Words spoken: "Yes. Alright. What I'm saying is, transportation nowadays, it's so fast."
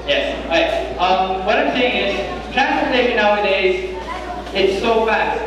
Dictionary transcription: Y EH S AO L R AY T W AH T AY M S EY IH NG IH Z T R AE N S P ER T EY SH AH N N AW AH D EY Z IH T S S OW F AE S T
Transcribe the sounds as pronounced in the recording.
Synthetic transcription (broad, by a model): Y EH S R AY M W AH T AY M S EY IH NG IH Z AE S ER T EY AH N N AW AH D EY Z IH T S S OW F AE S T